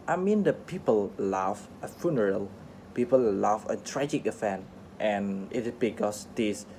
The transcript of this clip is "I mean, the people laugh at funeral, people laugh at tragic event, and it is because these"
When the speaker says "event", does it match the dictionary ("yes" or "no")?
no